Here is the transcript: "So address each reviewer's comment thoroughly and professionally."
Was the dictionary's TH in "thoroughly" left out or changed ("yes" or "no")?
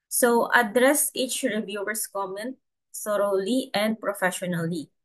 yes